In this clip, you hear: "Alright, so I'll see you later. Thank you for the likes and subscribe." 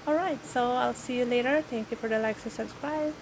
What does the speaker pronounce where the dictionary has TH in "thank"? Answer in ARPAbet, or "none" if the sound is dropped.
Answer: T